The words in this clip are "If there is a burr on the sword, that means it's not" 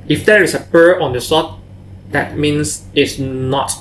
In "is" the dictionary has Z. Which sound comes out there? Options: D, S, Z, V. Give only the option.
S